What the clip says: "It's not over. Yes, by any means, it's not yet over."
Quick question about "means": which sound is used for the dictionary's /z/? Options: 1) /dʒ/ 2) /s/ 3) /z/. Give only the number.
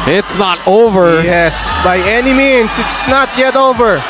2